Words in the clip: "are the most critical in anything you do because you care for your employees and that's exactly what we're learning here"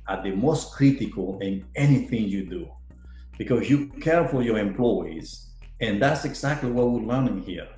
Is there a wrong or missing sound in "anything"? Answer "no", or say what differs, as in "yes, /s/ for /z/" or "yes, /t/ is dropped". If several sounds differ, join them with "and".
no